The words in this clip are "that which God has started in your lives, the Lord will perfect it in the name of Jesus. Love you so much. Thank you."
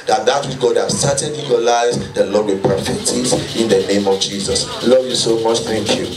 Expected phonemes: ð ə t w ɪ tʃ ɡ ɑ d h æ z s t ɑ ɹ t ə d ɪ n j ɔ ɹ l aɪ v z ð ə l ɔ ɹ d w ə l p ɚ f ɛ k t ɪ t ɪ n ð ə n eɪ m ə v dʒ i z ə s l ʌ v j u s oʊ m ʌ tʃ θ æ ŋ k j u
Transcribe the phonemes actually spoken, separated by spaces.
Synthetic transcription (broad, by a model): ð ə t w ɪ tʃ ɡ ɑ d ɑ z s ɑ t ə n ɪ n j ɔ l aɪ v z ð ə l ɔ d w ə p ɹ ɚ f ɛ t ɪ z ɪ n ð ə n eɪ m ə v dʒ i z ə s l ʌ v j u s oʊ m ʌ tʃ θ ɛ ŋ k j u